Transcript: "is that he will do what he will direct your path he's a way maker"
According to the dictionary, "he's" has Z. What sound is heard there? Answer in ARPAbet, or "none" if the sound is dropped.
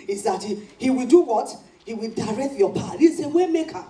S